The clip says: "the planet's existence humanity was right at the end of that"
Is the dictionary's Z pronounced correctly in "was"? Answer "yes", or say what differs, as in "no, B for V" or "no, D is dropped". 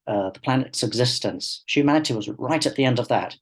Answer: yes